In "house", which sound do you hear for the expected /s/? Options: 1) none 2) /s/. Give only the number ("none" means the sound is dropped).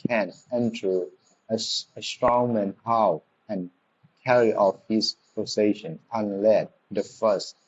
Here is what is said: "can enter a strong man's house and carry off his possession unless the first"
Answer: 1